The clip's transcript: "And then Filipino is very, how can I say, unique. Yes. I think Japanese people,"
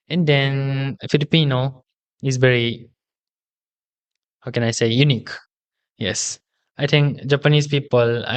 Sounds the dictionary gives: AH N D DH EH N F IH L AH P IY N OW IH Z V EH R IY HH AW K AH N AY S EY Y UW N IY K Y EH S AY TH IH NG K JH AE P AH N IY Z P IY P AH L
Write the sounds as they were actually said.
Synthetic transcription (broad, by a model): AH N D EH N F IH L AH P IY N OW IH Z V EH R IY HH AW K AH N AY S EY Y UW N IY K Y EH S AY T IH NG K JH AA P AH N IY S P IY P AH L